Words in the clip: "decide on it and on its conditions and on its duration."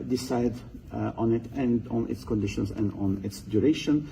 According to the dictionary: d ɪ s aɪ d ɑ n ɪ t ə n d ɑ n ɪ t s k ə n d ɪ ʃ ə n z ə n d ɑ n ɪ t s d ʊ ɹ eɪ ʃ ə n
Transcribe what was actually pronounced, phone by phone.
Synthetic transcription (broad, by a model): d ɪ s aɪ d ɑ n ɪ t ə n d ɑ n ɪ t s k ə n d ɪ ʃ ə n s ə n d ɑ n ɪ t s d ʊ ɹ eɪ ʃ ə n